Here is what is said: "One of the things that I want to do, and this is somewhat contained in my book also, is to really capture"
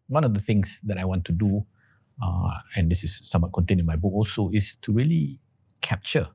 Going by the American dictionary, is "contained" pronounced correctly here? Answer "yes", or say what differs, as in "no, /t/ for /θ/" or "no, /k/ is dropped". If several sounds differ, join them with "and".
no, /d/ is dropped